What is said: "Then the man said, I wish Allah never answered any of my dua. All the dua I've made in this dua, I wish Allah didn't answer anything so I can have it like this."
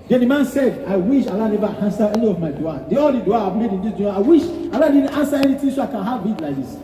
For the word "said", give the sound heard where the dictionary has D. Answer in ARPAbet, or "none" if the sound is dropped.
D